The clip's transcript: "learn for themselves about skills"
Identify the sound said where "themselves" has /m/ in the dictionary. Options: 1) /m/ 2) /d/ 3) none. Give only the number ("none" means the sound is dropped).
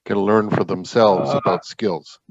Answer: 1